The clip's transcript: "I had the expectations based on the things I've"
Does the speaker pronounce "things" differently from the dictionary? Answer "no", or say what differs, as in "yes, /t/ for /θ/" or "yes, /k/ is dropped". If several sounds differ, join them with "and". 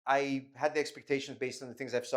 no